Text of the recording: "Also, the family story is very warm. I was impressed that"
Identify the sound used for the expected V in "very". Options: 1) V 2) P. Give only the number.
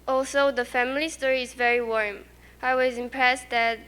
1